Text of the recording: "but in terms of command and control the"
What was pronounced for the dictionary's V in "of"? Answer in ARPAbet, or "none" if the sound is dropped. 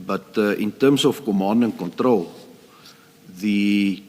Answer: F